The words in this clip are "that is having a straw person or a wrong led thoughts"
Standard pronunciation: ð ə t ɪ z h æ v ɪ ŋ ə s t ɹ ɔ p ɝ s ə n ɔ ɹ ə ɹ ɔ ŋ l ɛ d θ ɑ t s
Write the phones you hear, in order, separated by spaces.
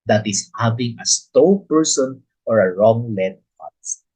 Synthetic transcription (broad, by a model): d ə t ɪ s h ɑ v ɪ ŋ ə s t ɔ p ɝ s ə n ɔ ɹ ə ɹ ɔ ŋ l ɛ d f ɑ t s